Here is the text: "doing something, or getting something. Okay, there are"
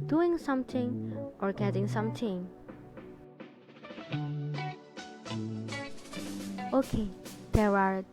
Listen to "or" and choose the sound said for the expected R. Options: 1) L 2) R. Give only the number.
2